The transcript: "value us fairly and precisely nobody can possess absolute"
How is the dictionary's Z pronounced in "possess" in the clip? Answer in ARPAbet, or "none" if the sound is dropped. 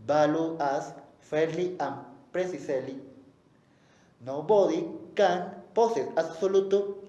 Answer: S